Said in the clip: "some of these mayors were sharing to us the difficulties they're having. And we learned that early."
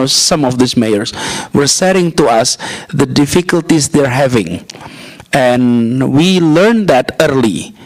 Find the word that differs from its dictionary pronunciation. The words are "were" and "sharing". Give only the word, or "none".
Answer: sharing